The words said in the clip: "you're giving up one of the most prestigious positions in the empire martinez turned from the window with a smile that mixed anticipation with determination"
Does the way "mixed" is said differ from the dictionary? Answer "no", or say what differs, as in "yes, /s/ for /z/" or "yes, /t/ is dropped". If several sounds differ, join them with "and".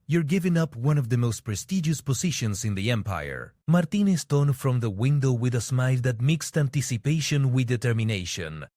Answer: no